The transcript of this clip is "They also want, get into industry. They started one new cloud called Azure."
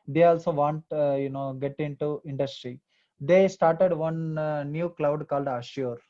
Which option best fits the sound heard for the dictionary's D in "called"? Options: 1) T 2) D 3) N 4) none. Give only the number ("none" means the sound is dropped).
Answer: 2